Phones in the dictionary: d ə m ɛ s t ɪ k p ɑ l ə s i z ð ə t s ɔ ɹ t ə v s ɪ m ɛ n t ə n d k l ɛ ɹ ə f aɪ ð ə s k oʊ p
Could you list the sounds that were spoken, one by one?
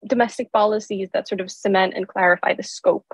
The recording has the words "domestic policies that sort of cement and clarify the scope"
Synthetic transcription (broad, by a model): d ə m ɛ s t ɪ k p ɑ l ə s i z ð ə t s ɔ ɹ t ə v s ɪ m ɛ n t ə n k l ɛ ɹ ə f aɪ ð ə s k oʊ p